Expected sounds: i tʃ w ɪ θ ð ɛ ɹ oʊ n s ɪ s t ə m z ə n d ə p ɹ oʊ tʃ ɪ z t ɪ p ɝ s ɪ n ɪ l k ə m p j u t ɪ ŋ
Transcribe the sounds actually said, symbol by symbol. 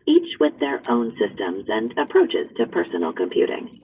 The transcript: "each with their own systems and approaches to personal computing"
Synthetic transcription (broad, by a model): i tʃ w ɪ ð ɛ ɹ oʊ n s ɪ s t ə m z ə n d ə p ɹ oʊ tʃ ɪ z t ɪ p ɝ s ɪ n l k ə m p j u t ɪ ŋ